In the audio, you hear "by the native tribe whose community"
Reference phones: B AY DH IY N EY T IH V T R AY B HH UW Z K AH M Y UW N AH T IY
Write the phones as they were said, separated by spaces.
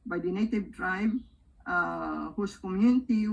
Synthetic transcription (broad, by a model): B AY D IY N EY T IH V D R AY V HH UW S K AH M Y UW N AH T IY